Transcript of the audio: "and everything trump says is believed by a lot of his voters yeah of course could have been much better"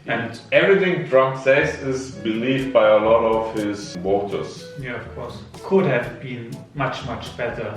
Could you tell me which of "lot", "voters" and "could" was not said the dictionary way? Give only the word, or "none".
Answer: voters